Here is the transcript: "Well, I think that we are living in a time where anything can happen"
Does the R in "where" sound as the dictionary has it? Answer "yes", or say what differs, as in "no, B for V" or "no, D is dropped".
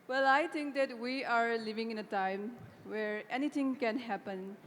yes